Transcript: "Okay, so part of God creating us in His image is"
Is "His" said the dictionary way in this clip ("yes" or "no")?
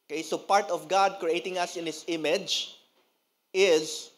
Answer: no